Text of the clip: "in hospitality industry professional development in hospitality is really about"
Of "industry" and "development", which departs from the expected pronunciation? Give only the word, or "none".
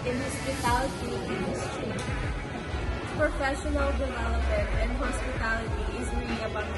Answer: development